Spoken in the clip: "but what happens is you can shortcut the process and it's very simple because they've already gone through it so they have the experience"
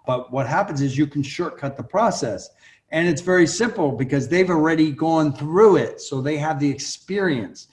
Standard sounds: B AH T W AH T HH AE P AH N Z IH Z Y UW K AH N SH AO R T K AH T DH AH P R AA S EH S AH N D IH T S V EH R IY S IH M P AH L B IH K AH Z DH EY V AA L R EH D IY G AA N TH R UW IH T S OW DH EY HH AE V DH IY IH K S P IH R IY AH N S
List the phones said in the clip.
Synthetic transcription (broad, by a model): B AH T W AH T HH AE P AH N Z IH Z Y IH K N SH AO R T K AH T DH AH P R AA S EH S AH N IH T S V EH R IY S IH M P L B IH K AH Z DH EY V L R EH D IY G AA N TH R UW IH T S OW DH EY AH V DH IY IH K S P IH R IY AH N S